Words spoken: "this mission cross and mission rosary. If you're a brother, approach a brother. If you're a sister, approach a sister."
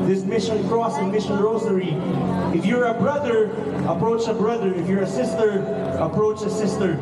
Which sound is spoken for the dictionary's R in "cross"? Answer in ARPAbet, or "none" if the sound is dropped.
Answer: R